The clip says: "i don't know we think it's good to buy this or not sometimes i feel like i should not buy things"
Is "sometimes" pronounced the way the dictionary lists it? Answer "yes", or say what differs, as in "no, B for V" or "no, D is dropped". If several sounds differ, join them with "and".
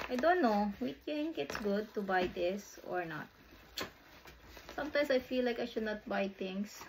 no, S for Z